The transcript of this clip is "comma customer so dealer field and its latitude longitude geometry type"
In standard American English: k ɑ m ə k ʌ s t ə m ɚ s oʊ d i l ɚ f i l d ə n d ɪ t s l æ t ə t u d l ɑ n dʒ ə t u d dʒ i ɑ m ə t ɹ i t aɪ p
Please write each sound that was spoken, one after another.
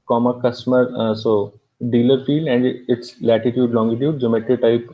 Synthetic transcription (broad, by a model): k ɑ m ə k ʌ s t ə m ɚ s oʊ d i l ɚ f i l ə n d ɪ t s l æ t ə t u d l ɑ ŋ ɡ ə t u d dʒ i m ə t i t aɪ p